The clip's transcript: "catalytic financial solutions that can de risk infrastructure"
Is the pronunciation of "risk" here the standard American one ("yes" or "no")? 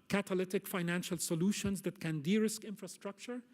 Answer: yes